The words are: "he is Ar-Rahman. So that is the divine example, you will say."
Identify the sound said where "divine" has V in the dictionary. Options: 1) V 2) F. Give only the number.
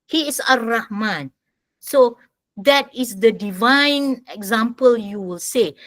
1